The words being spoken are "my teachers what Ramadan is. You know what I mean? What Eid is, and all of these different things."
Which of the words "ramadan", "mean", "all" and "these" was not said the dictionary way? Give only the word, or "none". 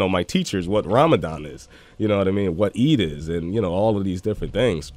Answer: none